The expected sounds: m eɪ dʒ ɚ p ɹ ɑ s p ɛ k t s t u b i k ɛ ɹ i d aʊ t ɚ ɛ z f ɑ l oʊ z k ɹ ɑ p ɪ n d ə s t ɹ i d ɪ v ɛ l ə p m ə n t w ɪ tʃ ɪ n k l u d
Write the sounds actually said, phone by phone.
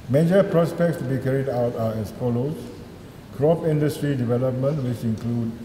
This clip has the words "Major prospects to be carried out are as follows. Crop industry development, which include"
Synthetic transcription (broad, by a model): m eɪ dʒ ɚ p ɹ ɑ s p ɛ k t s t u b i k ɛ ɹ i d aʊ t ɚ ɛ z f ɑ l oʊ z k ɹ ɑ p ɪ n d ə s t ɹ i d ɪ v ɛ l ə p m ə n t w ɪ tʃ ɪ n k l u d